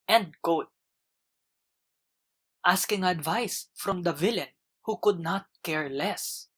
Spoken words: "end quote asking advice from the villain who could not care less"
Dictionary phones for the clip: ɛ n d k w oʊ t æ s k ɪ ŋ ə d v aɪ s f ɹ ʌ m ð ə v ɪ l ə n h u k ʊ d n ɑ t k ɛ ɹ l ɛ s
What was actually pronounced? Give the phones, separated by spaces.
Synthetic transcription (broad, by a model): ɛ n d k oʊ t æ s k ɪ ŋ ə d v aɪ s f ɹ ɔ m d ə v ɪ l ə n h u k ʊ d n ɑ t k ɛ ɹ l ɛ s